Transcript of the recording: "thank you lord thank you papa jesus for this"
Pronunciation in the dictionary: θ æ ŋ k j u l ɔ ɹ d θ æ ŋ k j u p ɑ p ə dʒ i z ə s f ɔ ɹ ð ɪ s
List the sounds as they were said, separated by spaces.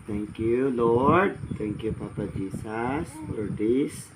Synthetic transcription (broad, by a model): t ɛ ŋ k j u l ɔ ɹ d t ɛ ŋ k j u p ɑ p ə dʒ i s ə s f ɔ ɹ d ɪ s